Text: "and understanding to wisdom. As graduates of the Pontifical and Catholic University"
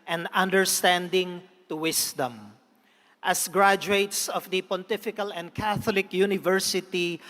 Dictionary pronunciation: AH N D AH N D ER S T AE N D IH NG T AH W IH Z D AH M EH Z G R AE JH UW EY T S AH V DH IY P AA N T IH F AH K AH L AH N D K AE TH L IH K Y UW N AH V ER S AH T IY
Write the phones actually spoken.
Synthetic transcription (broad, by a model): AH N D AH N D ER S T AE N D IH NG T AH W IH S D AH M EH S G R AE JH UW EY T S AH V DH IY P AA N T IH F AH K AH L AH N D K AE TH L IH K Y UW N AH V ER S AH T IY